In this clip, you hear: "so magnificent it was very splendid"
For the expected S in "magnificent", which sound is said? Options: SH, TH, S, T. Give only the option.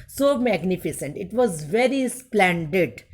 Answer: S